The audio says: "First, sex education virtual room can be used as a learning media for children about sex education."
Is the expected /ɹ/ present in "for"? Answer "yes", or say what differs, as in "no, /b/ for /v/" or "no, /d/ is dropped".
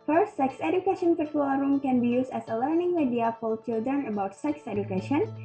no, /l/ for /ɹ/